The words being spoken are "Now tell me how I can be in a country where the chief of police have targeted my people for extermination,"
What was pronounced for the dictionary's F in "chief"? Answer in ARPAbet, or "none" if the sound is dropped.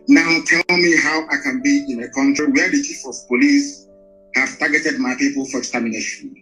F